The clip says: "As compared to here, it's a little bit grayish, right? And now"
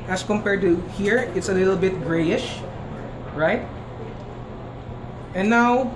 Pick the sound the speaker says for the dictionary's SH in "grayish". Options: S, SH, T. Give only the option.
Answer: SH